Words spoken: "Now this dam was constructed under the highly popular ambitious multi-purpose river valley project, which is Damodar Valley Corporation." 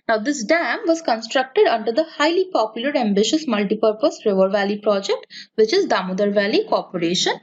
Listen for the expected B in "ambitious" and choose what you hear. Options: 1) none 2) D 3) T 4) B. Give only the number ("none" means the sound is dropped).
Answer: 4